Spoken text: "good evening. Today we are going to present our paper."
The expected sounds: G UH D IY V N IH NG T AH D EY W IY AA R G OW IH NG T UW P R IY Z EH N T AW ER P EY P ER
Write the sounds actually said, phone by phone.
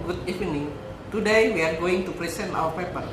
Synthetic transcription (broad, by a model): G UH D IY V N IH NG T AH D EY W IY AA R G OW IH NG T UW P R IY S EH N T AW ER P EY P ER